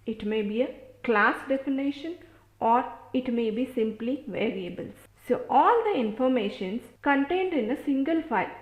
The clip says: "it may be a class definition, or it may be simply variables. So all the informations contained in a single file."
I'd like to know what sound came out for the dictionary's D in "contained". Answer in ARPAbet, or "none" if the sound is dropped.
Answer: D